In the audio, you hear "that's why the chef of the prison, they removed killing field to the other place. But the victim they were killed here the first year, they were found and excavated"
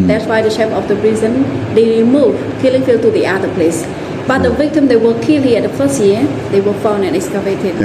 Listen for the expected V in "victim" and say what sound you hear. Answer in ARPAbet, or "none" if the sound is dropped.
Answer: V